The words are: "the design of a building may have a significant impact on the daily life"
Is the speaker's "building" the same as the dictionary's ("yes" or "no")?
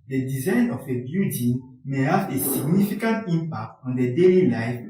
no